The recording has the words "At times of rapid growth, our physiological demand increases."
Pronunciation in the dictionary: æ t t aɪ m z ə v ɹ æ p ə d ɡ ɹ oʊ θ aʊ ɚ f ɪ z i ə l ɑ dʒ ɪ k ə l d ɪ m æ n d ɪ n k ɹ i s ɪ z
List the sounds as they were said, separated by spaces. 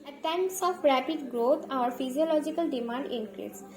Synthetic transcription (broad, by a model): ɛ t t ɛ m s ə f ɹ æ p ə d ɡ ɹ oʊ t aʊ ɚ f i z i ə l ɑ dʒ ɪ k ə l d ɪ m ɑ n d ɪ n k ɹ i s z